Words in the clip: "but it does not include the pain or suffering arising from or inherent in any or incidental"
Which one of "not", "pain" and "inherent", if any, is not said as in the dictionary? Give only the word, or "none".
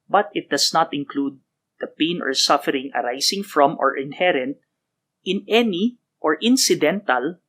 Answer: none